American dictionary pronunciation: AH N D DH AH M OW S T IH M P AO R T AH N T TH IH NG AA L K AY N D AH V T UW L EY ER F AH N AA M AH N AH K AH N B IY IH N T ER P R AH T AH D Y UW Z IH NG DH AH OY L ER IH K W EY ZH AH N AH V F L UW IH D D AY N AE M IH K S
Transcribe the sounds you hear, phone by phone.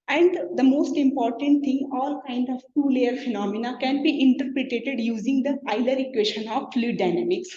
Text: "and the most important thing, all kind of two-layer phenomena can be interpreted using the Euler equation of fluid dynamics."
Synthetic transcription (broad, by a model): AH N D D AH M OW S T IH M P AO R T AH N T T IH NG AA L K AY N D AH V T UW L EY ER F AH N AA M AH N AH K AH N B IY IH N T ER P R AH T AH D Y UW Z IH NG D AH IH L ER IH K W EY SH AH N AH V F L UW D D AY N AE M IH K S